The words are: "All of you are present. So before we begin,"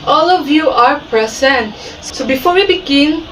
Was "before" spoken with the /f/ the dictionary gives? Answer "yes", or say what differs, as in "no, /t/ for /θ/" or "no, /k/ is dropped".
yes